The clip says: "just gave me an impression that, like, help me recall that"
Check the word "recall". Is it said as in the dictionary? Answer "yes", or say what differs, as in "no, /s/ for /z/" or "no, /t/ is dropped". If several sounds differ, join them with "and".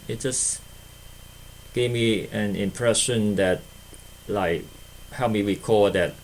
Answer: no, /w/ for /ɹ/